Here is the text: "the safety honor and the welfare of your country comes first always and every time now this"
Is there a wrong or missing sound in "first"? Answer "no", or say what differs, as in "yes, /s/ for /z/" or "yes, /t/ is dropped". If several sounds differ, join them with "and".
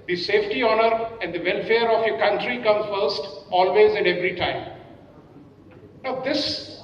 no